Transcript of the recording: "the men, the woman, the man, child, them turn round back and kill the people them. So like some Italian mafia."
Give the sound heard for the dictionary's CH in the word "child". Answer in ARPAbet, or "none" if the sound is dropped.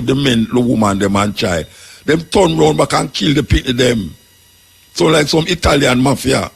CH